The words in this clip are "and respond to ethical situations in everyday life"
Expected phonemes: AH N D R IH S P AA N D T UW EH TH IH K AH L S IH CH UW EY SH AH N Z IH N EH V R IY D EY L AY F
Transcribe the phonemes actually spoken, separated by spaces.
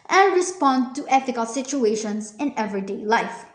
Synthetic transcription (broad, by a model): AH N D R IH S P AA N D T UW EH F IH K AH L S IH CH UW EY SH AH N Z IH N EH V R IY D EY L AY F